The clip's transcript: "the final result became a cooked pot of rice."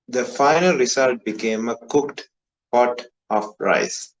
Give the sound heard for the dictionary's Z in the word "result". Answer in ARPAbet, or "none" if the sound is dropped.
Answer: S